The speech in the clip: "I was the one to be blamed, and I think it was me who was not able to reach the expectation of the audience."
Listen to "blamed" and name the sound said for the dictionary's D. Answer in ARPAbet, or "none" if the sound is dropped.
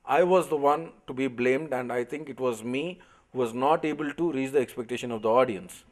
D